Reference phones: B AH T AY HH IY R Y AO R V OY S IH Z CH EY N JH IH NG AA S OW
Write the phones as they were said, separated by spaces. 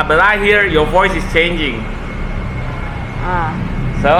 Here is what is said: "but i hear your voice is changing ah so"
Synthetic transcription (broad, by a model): B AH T AY HH IY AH Y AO V OY S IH S CH EY N JH IH NG AA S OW